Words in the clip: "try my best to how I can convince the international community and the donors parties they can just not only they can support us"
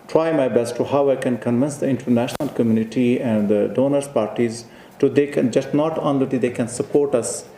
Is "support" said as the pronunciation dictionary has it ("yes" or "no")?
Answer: yes